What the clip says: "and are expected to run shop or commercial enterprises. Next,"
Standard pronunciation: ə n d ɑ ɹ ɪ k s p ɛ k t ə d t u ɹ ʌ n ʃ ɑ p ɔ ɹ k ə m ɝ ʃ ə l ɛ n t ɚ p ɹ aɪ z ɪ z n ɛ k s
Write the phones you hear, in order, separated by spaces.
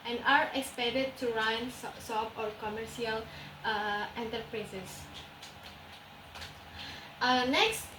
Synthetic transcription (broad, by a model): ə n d ɑ ɹ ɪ k s p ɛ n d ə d t u ɹ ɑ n s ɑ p ɔ ɹ k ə m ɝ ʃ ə l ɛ n t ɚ p ɹ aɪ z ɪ s n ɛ k s